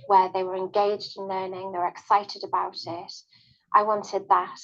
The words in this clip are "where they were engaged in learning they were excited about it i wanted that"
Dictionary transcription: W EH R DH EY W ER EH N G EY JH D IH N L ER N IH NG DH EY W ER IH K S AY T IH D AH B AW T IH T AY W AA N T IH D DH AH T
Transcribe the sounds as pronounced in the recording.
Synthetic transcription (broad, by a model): W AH DH EY W ER EH N G EY JH D IH N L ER N IH NG DH EY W ER IH K S AY T IH D AH B AW T IH T AY W AA N T IH D DH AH T